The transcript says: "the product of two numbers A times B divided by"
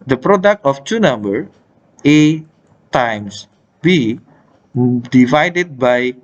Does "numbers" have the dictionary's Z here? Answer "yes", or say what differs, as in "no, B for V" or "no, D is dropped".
no, Z is dropped